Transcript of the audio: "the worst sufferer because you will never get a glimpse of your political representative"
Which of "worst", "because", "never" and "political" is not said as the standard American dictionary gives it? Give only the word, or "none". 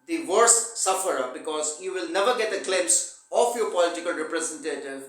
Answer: worst